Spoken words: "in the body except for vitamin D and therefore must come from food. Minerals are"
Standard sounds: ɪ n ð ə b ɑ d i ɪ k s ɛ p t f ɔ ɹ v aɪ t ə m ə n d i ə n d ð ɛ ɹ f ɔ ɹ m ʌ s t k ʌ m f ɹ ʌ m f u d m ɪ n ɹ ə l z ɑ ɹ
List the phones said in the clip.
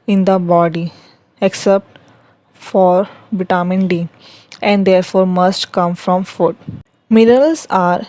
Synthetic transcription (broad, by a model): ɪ n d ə b ɑ d i ɪ k s ɛ p t f ɔ ɹ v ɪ t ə m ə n d i ə n d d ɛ ɹ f ɔ ɹ m ʌ s t k ʌ m f ɹ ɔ m f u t m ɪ ɹ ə l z ɑ ɹ